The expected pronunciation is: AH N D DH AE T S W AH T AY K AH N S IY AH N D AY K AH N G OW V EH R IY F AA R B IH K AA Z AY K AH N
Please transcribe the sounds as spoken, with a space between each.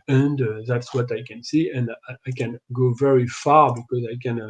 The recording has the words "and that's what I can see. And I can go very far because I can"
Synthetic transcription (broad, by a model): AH N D DH AE T S W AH T AY K AH N S IY AH N D AY K AH N G OW V EH R IY F AA R B IH K AA Z AY K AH N